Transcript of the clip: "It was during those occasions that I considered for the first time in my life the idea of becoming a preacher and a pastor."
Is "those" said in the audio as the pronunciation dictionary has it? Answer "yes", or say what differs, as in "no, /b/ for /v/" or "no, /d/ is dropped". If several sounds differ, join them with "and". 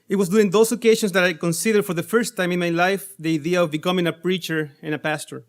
no, /s/ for /z/